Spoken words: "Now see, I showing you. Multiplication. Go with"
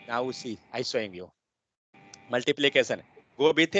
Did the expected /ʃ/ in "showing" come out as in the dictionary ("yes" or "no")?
no